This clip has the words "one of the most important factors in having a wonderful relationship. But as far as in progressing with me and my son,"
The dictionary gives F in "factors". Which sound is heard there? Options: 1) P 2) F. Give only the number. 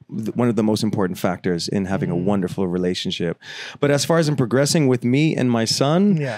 2